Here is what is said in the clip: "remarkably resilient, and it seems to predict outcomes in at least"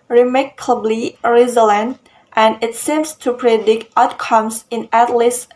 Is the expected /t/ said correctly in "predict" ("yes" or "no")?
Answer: yes